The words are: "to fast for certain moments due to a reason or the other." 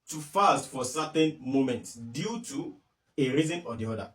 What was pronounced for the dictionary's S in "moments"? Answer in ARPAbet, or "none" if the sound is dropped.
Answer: S